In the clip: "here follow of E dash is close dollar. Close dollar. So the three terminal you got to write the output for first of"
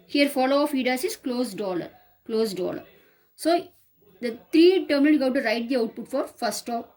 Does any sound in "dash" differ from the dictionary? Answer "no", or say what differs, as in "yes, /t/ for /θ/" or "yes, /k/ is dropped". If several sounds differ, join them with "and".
yes, /s/ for /ʃ/